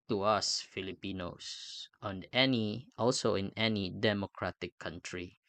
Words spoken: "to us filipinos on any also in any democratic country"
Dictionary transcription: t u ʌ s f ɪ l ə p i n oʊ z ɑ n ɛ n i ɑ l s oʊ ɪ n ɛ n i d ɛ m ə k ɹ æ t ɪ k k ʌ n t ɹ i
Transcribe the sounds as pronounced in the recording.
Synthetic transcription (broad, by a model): t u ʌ s f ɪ l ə p i n oʊ s ɑ n ɛ n i ɑ l s oʊ ɪ n ɛ n i d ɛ m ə k ɹ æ t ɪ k k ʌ n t ɹ i